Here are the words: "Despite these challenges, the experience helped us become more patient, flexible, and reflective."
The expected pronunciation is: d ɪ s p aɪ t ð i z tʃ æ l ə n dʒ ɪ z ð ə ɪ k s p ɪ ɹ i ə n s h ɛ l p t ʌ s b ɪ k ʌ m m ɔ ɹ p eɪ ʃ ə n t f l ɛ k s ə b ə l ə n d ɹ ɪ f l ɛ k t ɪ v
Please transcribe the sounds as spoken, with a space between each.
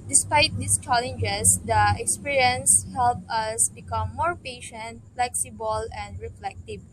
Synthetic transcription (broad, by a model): d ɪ s p aɪ t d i s tʃ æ l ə n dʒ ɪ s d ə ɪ k s p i ɹ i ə n s h ɛ l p ʌ s b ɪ k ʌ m m ɔ ɹ p eɪ ʃ ə n t f l ɛ k s ə b ə l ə n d ɹ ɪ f l ɛ k t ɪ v